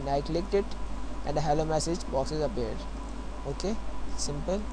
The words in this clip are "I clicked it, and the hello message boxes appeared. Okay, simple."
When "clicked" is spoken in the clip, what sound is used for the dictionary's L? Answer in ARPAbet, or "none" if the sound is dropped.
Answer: L